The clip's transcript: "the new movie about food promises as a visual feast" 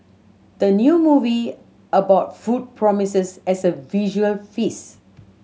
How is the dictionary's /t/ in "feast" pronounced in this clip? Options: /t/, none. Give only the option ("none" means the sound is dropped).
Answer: none